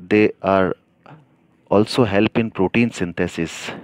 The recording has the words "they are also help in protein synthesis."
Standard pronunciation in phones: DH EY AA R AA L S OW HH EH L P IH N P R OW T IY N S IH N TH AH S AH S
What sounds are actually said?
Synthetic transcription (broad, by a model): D EY AA R AA L S OW HH EH L P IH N P R OW T IY N S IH N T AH S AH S